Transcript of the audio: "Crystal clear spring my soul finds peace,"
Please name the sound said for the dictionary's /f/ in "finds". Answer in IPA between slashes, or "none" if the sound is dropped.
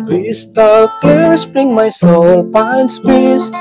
/p/